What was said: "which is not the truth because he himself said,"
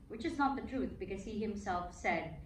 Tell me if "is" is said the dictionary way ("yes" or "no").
yes